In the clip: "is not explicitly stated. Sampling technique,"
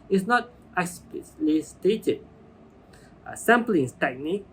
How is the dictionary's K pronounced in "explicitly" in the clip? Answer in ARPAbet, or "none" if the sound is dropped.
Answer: none